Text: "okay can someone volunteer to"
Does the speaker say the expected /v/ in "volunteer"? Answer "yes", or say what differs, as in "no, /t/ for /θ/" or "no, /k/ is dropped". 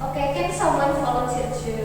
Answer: no, /f/ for /v/